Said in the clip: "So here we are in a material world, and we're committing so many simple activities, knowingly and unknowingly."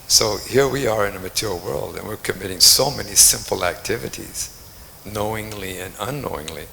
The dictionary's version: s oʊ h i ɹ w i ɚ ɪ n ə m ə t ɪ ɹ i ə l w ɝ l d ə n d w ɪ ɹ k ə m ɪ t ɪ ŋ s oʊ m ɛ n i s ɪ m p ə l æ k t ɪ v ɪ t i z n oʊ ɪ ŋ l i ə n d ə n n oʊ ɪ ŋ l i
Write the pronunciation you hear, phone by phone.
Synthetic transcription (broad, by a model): s oʊ h i ɹ w i ɚ ɪ n ə m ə t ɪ ɹ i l w ɝ l d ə n w ɪ ɹ k ə m ɪ t ɪ ŋ s oʊ m ɛ n i s ɪ m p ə l æ k t ɪ v ɪ t i z n oʊ ɪ ŋ l i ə n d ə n n oʊ ɪ ŋ l i